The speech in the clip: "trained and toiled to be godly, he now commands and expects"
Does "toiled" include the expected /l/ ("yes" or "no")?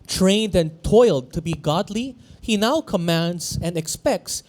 yes